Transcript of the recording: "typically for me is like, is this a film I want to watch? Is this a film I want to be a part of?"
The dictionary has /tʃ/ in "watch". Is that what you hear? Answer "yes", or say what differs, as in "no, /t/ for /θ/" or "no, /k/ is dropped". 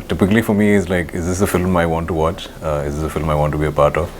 yes